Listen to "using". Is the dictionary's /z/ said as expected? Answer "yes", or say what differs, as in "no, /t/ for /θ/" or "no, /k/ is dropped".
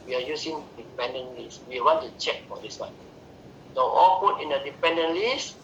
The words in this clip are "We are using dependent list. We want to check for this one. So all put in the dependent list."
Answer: no, /s/ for /z/